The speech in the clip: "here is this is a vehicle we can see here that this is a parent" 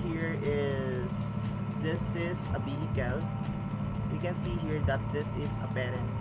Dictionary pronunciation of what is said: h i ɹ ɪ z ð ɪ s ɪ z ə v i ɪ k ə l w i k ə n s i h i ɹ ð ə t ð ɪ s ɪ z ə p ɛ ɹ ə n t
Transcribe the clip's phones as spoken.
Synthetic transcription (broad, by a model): h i ɹ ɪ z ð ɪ s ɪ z ə b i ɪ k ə l w i k ə n s i h i ɹ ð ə t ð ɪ s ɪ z ə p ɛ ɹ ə n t